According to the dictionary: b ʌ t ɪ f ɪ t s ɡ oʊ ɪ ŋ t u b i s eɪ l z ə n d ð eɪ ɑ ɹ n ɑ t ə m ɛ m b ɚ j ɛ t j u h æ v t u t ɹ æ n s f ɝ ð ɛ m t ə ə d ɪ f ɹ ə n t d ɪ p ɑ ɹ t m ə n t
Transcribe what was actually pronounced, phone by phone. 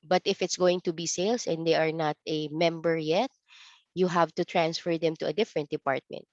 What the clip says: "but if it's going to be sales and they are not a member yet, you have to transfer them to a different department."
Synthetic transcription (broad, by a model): b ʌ t ɪ f ɪ t s ɡ oʊ ɪ ŋ t u b i s eɪ l s ə n d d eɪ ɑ ɹ n ɑ t ə m ɛ m b ɚ j ɛ t j u h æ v t u t ɹ æ n s f ɝ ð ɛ m t ə ə d ɪ f ɹ ə n t d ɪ p ɑ ɹ t m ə n t